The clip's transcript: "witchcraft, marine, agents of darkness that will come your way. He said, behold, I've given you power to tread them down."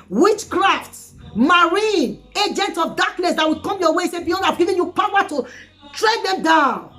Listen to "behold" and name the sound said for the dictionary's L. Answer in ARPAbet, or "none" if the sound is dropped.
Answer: N